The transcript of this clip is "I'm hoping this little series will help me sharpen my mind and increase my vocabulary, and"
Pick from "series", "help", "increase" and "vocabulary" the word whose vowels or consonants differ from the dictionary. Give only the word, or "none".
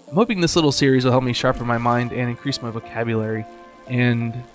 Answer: none